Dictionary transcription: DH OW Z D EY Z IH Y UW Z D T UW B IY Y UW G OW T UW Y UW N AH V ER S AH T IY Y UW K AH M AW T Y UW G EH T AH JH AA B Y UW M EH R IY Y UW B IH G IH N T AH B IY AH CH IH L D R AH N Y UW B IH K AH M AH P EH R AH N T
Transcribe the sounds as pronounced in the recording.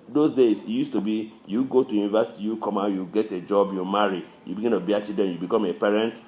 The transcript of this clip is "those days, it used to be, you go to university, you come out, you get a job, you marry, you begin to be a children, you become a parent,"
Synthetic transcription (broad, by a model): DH OW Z D EY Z IH Y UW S T UW B IY Y UW G OW T UW Y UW N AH V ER S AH T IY Y UW K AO M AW Y UW G EH T AH JH AA B Y UW M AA R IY Y UW B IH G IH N T AH B IY AH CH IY D AH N Y UW B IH K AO M AH P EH R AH N T